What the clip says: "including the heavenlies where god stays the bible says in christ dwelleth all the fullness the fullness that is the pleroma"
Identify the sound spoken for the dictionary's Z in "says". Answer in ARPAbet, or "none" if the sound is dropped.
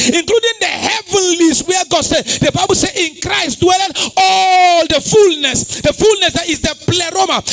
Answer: none